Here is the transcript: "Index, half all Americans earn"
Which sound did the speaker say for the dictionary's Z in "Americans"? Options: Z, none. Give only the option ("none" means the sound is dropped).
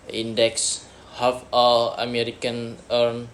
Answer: none